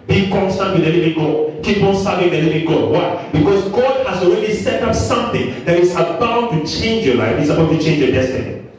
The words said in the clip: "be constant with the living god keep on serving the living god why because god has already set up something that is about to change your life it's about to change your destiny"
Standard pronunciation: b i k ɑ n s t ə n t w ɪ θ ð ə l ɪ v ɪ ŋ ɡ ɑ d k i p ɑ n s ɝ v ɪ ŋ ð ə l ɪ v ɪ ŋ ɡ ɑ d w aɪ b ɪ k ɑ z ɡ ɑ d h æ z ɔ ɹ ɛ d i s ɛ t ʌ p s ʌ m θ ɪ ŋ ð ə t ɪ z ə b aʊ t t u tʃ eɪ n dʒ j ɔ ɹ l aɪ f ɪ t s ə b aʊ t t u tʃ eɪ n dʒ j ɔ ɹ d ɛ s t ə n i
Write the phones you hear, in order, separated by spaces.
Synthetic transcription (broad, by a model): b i k ɑ n s t ə n t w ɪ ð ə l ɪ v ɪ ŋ ɡ ɑ d k i p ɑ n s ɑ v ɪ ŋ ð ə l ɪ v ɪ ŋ ɡ ɑ d w aɪ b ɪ k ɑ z ɡ ɑ d h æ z ɔ ɹ ɛ d i s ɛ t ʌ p s ʌ m θ ɪ ŋ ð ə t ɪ s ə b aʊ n t u tʃ eɪ n dʒ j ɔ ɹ l aɪ f ɪ t s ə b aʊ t t u tʃ eɪ n dʒ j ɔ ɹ d ɛ s t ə n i